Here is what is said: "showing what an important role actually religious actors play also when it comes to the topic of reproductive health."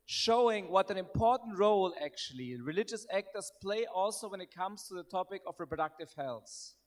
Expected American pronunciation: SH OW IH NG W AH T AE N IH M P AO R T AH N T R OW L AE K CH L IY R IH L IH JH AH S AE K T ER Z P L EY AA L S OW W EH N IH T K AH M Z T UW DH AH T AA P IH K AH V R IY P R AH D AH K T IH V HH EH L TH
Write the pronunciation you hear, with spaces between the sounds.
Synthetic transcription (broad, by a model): SH OW IH NG W AH T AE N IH M P AO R T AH N T R OW L AE K CH L IY R IH L IH JH AH S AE K T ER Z P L EY AA L S OW W EH N IH T K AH M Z T UW DH AH T AA P IH K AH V R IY P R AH D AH K T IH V HH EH L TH